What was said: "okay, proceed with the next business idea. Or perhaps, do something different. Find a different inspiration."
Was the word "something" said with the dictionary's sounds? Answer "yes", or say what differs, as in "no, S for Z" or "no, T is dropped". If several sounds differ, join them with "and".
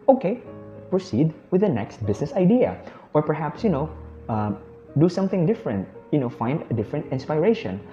yes